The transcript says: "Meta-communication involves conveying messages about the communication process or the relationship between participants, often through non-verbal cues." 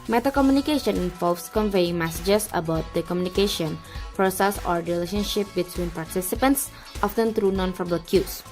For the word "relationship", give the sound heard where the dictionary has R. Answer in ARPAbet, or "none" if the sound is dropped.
R